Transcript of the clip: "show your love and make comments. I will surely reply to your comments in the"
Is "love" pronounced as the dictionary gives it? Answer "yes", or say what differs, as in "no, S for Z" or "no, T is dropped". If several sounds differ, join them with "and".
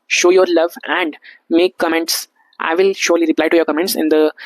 yes